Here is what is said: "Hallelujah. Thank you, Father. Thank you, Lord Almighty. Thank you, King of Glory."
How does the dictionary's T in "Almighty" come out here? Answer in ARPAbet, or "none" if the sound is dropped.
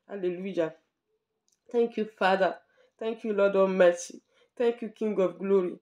S